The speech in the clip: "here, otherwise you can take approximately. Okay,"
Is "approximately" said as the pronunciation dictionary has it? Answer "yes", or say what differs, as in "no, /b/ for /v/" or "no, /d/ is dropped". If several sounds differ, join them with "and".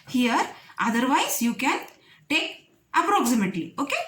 no, /l/ is dropped